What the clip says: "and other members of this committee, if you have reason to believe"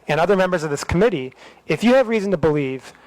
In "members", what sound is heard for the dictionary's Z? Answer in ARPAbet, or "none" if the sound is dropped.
Z